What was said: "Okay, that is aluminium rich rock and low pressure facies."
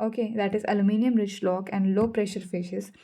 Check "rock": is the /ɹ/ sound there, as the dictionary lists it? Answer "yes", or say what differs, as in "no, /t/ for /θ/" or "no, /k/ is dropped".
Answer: no, /l/ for /ɹ/